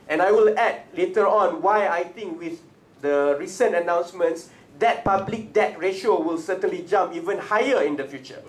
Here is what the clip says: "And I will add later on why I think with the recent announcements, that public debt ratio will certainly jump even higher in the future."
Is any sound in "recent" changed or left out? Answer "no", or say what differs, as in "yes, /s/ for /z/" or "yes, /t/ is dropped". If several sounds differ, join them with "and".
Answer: no